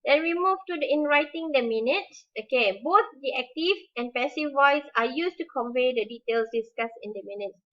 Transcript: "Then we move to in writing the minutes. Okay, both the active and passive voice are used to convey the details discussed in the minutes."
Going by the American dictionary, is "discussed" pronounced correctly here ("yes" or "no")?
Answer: no